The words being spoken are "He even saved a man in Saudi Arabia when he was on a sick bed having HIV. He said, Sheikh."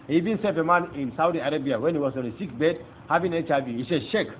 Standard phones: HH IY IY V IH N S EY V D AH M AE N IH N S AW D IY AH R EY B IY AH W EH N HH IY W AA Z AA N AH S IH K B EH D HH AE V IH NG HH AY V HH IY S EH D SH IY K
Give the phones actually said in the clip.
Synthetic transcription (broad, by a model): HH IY IY V IH N S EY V AH M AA N IH N S AW D IY AH R EY B IY AH W EH N HH IY W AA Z AA N AH S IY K B EH D HH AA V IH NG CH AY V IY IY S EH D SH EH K